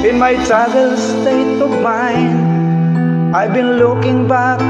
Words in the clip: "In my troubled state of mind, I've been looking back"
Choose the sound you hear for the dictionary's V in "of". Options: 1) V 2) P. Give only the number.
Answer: 2